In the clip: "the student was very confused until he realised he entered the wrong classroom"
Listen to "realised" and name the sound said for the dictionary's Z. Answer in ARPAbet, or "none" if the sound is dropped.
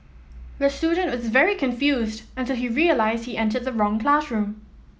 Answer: Z